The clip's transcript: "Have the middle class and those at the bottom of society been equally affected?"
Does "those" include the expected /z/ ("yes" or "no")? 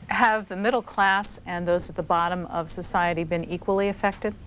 yes